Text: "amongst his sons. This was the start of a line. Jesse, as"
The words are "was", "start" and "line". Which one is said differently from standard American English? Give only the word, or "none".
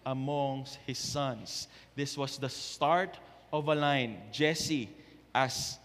was